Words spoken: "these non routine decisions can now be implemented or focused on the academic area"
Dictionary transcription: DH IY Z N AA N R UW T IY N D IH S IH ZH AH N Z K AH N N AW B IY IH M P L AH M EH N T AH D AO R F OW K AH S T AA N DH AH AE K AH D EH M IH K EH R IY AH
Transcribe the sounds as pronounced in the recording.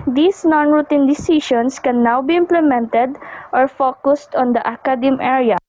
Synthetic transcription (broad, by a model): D IY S N AA N R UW T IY N D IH S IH SH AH N S K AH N N AW B IY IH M P L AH M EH N T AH D AO R F OW K AH S T AA N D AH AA K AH D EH M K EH R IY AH